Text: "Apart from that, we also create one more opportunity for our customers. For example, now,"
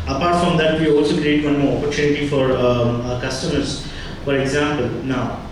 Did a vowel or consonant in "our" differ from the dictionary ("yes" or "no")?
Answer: no